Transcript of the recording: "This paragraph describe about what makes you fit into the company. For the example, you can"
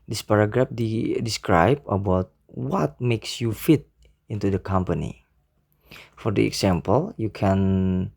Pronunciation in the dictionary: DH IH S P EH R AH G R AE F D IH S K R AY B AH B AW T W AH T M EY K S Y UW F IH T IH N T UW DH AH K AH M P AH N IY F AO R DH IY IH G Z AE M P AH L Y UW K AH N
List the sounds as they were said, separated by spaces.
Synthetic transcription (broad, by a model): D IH S P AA R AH G R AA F D IH S K R AY B AH B AW T W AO T M EY K S Y UW F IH T IH N T UW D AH K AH M P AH N IY F AO R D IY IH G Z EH M P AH L Y UW K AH N